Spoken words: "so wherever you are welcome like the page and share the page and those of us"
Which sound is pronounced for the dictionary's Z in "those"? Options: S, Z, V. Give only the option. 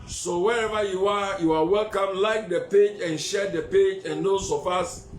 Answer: S